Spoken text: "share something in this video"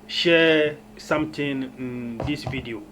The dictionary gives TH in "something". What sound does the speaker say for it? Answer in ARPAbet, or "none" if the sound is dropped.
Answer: T